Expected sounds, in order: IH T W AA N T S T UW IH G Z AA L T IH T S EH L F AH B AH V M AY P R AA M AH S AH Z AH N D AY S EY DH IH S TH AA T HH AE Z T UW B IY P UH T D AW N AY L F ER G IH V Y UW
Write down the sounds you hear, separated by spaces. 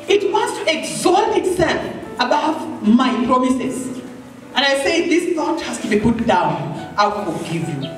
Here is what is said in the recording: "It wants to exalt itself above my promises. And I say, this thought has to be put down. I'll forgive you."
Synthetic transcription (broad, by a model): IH T W AA N T S T UW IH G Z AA T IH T S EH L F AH B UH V M AY P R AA M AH S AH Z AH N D AY S EY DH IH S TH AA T HH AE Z T UW B IY P UH T D AW N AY W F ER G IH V Y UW